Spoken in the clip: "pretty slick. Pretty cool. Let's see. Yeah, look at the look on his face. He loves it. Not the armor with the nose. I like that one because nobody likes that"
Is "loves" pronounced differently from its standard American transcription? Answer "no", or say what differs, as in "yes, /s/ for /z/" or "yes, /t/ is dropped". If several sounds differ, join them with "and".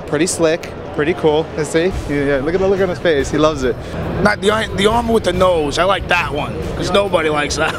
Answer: no